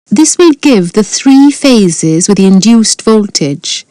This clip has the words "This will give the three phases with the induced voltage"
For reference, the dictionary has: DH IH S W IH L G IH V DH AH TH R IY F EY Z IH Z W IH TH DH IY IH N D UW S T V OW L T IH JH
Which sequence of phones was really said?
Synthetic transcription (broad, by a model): DH IH S W IH L G IH V DH AH TH R IY F EY Z IH Z W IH DH IY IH N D UW S T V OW L T IH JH